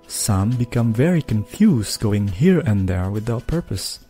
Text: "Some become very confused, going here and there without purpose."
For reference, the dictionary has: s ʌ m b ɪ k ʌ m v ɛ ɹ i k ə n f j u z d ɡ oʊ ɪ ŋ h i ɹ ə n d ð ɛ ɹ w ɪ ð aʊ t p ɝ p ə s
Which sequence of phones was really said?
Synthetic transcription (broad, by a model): s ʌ m b ɪ k ʌ m v ɛ ɹ i k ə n f j u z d ɡ oʊ ɪ ŋ h i ɹ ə n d ð ɛ ɹ w ɪ ð aʊ t p ɝ p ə s